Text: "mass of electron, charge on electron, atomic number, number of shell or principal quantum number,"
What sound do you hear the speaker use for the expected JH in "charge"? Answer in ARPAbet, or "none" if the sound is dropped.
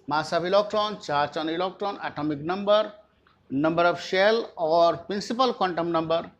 CH